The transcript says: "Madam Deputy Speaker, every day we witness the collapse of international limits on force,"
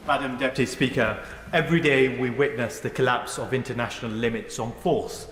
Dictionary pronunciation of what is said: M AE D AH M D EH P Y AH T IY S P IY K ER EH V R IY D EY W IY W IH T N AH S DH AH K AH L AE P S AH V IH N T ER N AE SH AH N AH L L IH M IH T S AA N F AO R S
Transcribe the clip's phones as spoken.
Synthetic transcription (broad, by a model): M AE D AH M D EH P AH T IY S P IY K ER EH V R IY D EY W IY W IH T N AH S DH AH K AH L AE P S AH V IH N T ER N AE SH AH N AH L L IH M IH T S N F AO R S